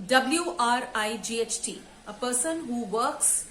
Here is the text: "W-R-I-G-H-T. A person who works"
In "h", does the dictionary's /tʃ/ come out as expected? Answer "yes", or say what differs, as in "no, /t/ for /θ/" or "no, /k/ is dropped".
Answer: yes